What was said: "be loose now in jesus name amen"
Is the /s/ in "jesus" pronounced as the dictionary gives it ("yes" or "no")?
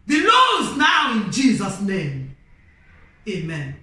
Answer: yes